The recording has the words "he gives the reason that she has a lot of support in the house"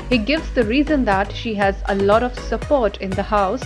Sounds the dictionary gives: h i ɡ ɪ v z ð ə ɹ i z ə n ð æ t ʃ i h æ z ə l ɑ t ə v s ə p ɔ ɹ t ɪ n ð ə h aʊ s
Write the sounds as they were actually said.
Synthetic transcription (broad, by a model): h i ɡ ɪ v z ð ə ɹ i z ə n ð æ t ʃ i h æ z ə l ɑ t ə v s ə p ɔ ɹ t ɪ n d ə h aʊ s